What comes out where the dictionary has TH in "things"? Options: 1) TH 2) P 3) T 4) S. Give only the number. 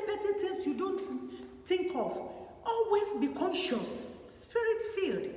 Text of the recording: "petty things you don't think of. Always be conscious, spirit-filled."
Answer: 3